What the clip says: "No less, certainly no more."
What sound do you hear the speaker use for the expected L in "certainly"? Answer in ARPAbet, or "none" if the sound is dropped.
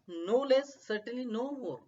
none